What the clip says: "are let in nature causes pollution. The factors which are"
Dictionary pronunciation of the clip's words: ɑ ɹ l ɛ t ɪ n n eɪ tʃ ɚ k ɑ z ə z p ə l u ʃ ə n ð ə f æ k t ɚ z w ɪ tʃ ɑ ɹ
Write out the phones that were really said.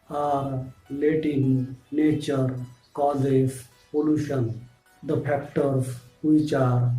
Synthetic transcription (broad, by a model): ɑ ɹ l ɛ t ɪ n n eɪ tʃ ɚ k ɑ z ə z p ə l u ʃ ə n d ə p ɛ k t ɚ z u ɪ tʃ ɑ ɹ